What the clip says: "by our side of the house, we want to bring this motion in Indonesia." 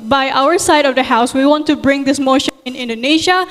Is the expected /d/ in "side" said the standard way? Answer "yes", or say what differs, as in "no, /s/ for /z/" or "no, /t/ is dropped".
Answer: yes